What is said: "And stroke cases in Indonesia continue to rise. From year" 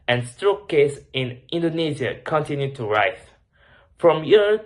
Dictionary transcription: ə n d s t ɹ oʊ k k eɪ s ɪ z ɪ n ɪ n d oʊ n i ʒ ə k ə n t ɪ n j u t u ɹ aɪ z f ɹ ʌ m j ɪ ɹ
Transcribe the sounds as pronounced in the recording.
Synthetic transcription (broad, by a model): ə n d s t ɹ oʊ k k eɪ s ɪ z ɪ n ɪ n d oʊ n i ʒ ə k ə n t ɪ n j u t u ɹ aɪ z f ɹ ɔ m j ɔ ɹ